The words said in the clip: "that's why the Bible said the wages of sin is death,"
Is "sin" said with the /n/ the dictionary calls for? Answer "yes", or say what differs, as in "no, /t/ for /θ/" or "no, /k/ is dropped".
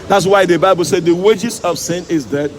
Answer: yes